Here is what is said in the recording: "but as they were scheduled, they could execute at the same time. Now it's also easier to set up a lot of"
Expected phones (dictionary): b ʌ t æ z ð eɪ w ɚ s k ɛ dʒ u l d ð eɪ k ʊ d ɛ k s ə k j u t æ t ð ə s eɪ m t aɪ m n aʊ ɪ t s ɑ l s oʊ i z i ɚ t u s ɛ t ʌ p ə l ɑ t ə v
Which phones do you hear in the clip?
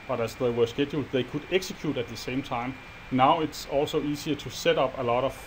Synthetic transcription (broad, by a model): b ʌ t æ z ð eɪ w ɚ s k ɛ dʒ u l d ð eɪ k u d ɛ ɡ s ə k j u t æ t ð ə s eɪ m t aɪ m n aʊ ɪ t s ɑ l s oʊ i s i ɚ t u s ɛ t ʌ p ə l ɑ t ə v